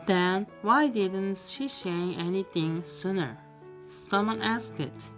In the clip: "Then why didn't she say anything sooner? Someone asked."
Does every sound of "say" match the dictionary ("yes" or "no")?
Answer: no